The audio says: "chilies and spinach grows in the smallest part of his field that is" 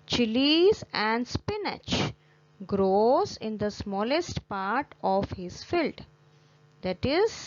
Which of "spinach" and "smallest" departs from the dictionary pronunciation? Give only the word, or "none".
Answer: none